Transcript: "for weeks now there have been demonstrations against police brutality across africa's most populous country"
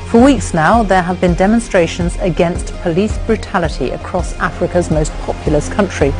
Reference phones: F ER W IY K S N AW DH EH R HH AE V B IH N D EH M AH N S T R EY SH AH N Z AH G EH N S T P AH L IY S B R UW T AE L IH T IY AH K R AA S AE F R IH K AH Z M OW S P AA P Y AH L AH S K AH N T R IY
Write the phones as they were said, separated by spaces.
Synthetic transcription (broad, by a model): F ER W IY K S N AW DH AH R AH V B IH N D EH M AH N S T R EY SH AH N Z AH G EH N S T P AH L IY S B R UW T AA L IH T IY AH K R AA S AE F R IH K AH Z M OW S P AA P Y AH L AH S K AH N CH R IY